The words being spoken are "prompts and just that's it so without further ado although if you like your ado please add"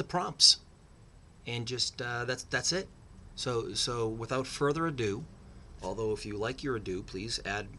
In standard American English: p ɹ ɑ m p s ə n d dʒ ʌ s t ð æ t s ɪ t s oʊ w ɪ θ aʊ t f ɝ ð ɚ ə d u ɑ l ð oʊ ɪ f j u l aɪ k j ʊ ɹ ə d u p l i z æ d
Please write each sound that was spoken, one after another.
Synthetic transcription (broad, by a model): p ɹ ɑ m p s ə n dʒ ʌ s t ð æ t s ɪ t s oʊ w ɪ θ aʊ t f ɝ ð ɚ ə d u ɑ l ð oʊ ɪ f j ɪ l aɪ k j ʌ ɹ ə d u p l i z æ d